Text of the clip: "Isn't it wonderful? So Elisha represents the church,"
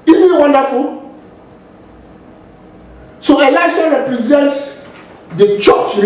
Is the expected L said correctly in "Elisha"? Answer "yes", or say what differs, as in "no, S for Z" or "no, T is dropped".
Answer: yes